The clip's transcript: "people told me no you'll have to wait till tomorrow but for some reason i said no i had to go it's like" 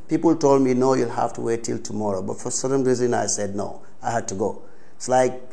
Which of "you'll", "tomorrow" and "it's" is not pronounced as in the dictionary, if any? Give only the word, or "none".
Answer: none